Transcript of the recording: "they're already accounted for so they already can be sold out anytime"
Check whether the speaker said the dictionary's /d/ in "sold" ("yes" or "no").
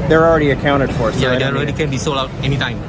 no